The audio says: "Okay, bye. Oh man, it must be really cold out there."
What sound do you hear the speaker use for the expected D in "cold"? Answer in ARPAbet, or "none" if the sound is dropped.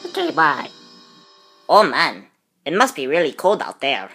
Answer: D